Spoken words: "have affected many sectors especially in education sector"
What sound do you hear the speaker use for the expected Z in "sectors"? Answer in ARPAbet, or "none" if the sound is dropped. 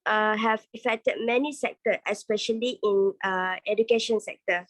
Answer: none